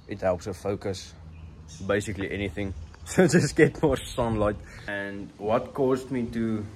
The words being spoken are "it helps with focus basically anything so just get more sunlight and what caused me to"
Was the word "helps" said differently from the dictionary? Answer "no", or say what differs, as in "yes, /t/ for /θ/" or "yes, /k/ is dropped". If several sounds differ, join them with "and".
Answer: no